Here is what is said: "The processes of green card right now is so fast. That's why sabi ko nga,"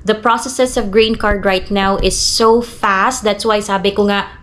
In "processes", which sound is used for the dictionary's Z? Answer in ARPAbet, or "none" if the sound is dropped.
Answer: S